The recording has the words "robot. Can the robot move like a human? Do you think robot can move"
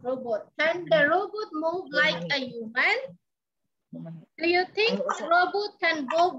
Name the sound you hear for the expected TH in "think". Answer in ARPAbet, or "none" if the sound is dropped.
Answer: T